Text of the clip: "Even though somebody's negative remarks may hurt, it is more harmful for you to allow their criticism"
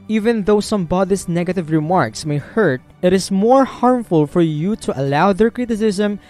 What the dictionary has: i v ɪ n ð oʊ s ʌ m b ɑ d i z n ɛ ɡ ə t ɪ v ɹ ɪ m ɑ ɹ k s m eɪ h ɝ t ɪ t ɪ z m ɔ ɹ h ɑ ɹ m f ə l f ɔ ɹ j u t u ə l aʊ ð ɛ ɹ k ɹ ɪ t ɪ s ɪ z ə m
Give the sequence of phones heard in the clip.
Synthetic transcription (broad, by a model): i v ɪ n ð oʊ s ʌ m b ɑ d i s n ɛ ɡ ə t ɪ v ɹ ɪ m ɑ ɹ k s m eɪ h ɝ t ɪ t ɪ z m ɔ ɹ h ɑ ɹ m f ə l f ɔ ɹ j u t u ə l aʊ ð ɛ ɹ k ɹ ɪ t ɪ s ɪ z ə m